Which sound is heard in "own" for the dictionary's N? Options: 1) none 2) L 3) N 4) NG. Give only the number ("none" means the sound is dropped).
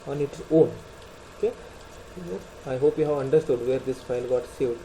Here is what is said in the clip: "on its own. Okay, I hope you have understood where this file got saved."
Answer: 2